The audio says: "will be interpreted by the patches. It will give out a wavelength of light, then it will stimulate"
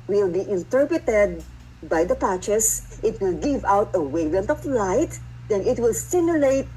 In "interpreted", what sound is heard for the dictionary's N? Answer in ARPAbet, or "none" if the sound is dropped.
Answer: N